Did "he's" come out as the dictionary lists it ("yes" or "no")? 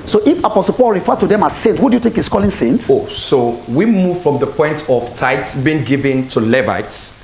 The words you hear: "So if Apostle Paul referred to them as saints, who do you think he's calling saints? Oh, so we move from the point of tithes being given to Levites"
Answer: no